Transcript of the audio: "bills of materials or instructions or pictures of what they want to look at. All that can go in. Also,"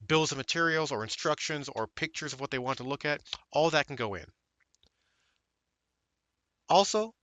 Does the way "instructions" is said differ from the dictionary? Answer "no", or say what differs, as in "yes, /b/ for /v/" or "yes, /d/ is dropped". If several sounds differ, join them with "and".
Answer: no